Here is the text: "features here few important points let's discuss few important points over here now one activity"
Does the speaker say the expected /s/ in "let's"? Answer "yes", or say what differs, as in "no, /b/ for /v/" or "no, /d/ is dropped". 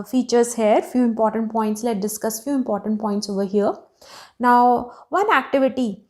no, /s/ is dropped